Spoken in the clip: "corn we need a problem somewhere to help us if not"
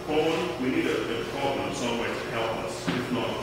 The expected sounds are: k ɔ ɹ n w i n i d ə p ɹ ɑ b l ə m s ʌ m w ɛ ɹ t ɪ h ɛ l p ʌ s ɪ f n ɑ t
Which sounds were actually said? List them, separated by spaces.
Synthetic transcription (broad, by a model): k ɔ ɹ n w i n i d ə p ɹ ɑ b l ə m s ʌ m w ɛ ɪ t ɪ h ɛ l p ʌ s ɪ f n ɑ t